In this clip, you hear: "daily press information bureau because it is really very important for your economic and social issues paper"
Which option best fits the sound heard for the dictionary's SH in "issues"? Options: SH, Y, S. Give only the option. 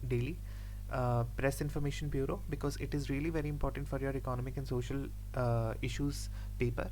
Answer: SH